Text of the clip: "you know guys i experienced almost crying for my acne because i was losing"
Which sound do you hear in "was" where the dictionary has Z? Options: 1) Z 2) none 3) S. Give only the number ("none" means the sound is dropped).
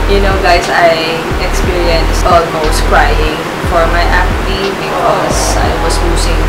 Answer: 3